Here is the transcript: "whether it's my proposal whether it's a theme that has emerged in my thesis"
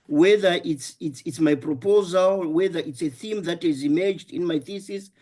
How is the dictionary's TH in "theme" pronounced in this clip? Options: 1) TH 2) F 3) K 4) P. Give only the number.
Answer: 1